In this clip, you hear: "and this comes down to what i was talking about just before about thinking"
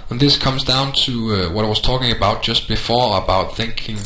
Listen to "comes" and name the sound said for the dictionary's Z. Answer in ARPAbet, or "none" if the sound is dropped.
Z